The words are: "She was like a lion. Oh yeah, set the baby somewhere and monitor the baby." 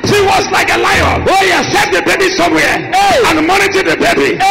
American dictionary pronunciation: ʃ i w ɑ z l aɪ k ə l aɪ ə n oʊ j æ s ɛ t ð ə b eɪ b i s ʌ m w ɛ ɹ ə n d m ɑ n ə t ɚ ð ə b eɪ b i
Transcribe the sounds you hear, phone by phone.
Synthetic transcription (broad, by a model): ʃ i w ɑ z l aɪ k ə l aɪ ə oʊ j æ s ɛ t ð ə b eɪ b i s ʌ m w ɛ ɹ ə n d m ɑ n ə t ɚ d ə b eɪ b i